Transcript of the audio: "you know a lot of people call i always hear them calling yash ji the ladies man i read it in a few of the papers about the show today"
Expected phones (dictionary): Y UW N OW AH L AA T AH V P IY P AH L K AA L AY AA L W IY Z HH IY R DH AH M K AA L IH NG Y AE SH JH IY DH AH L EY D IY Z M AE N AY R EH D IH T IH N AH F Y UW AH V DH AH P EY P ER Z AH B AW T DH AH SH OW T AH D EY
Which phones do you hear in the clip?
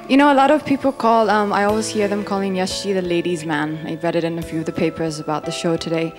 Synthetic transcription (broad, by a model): Y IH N OW AH L AA T AH V P IY P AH L K AA L AY AA L W IY Z HH IY R DH AH M K AA L IH NG Y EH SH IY DH AH L EY D IY Z M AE N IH R EH D IH T IH N AH F Y UW AH V DH AH P EY P ER Z AH B AW T DH AH SH OW T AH D EY